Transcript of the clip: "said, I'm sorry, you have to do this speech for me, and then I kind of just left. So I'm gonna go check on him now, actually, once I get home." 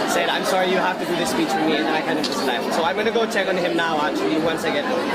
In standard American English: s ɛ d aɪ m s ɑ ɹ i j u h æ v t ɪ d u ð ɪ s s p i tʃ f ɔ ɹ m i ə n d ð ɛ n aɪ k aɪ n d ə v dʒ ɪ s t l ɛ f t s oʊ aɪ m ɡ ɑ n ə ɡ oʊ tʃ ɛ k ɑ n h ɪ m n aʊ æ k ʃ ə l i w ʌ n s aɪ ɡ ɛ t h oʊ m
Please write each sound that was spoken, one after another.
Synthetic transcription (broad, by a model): s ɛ d aɪ m s ɑ ɹ i j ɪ h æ f t ɪ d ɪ ð ɪ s s p i tʃ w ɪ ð m i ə n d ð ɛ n aɪ k aɪ n d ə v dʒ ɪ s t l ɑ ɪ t s oʊ aɪ m ɡ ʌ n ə ɡ oʊ tʃ ɛ k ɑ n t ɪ m n aʊ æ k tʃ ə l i w ʌ n s aɪ ɡ ɛ t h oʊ